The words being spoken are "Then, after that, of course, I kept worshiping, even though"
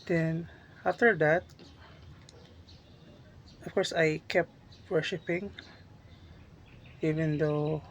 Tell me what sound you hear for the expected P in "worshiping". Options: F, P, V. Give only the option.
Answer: P